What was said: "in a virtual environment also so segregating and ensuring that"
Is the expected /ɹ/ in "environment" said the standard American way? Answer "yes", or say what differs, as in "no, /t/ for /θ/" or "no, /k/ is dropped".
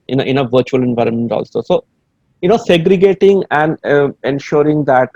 yes